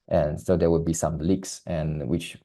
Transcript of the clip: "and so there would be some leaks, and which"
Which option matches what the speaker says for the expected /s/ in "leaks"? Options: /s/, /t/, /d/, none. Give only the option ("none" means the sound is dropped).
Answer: /s/